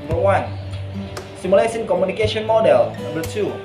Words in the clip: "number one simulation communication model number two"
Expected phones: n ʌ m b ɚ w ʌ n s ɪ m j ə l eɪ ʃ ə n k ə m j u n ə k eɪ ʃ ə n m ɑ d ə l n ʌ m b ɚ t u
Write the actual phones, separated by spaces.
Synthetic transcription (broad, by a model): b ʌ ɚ w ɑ n s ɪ m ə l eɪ s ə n k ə m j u n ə k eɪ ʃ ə n m ɑ d ə l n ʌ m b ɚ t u